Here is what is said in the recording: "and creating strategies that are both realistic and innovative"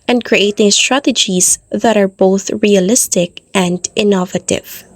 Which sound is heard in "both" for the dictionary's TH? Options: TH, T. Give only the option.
TH